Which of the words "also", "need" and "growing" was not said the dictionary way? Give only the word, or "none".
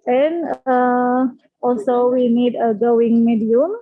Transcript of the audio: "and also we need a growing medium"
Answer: growing